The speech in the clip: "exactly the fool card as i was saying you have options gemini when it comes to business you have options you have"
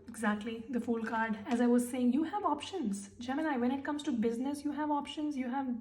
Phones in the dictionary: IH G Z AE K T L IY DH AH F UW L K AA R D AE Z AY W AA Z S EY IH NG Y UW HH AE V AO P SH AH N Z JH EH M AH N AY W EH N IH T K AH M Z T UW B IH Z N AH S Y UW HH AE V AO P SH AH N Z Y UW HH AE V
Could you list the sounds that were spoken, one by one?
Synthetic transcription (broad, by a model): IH G Z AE K T L IY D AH F UW L K AA R D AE Z AY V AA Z S EY IH NG Y UW HH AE V AO P SH AH N Z JH EH M AH N AY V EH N IH T K AH M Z T UW B IH Z N AH S Y UW HH AE V AO P SH AH N Z Y UW HH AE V